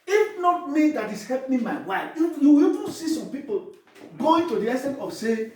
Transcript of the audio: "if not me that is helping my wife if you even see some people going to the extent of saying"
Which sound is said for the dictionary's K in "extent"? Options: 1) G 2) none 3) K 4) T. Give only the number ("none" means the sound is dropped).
2